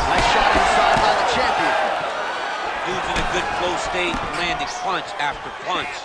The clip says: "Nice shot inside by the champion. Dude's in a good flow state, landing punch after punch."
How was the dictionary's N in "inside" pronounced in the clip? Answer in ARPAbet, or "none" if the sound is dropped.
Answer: none